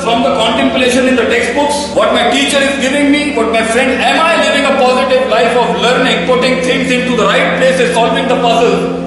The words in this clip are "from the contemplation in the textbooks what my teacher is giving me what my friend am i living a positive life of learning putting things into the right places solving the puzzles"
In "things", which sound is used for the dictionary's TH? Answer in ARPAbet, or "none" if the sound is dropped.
T